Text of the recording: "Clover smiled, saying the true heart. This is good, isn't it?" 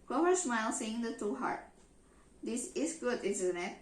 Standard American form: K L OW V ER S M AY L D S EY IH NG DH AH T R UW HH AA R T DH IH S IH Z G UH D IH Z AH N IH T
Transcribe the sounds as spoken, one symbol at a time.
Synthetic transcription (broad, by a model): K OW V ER S M AY L S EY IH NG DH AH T UW HH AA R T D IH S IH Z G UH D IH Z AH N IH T